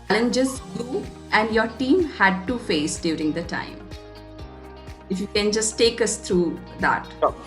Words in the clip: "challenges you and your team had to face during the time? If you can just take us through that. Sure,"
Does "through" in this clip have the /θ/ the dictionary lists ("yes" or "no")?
no